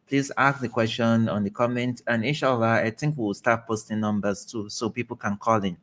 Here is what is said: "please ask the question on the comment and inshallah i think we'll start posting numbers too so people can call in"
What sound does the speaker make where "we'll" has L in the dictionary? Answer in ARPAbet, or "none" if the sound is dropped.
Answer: W